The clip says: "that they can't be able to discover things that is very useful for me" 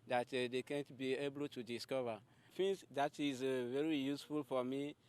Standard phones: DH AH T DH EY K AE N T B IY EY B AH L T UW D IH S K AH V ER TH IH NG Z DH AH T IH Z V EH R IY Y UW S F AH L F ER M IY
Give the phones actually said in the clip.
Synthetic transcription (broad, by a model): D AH T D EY K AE N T B IY EY B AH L T UW D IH S K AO V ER F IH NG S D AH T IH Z V EH R IY Y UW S F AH L F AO M IY